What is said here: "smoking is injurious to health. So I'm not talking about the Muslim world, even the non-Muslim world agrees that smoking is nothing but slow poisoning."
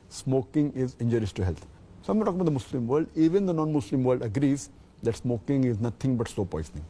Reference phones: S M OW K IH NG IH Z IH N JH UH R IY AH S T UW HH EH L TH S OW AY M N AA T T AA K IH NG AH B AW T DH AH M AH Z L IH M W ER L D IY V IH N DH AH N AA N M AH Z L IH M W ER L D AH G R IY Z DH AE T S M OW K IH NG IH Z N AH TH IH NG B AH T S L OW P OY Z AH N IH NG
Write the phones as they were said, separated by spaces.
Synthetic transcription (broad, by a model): S M OW K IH NG IH Z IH N JH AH R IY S T UW HH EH L T S OW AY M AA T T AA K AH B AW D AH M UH S L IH M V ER L D IY V IH N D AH N AA N M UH S L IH M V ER L D AH G R IY Z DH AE T S M OW K IH NG IH Z N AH T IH NG B AH T S OW P OY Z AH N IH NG